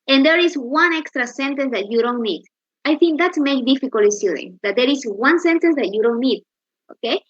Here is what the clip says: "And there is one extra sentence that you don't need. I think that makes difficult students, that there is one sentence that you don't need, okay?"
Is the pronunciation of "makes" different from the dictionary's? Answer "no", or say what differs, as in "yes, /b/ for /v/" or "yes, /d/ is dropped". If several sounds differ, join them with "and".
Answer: yes, /s/ is dropped